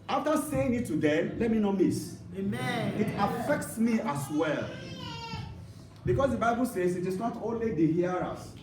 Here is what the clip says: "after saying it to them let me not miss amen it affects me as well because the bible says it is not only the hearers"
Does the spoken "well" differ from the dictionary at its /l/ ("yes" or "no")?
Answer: no